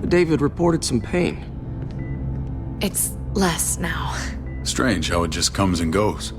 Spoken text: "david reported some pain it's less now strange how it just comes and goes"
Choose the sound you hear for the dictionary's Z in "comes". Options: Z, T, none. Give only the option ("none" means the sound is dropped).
Z